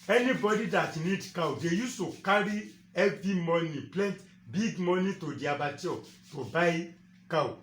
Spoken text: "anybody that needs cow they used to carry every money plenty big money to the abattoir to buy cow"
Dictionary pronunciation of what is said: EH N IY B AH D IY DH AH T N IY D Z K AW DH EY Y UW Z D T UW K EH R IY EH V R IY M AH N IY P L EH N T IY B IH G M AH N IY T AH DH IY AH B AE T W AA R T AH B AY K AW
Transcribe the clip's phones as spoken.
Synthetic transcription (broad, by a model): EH N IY B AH D IY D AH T N IY D K AW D EY Y UW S T UW K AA R IY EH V IY M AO N IY P L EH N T B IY G M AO N IY T AH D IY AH B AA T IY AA T AH B AY K AW